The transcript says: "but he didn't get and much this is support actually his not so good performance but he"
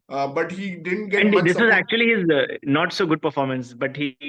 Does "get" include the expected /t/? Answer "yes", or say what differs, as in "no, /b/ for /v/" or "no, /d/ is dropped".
no, /t/ is dropped